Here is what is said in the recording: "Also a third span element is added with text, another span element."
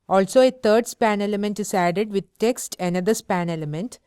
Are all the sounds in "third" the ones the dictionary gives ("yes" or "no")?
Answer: no